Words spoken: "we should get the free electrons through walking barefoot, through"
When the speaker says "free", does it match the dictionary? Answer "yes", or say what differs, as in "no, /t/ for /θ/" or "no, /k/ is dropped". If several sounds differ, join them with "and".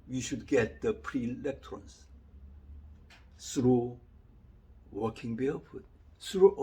no, /p/ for /f/